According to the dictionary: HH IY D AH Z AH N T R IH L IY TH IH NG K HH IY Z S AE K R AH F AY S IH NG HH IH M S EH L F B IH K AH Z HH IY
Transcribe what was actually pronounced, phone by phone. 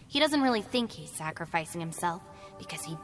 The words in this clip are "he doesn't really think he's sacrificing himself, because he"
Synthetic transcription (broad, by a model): HH IY D AH Z AH N T R IH L IY TH IH NG K HH IY Z S AE K R AH F AY S IH NG HH IH M S EH L F B IH K AH Z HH IY